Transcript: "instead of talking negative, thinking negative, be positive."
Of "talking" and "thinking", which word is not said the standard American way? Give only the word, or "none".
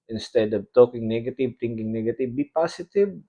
thinking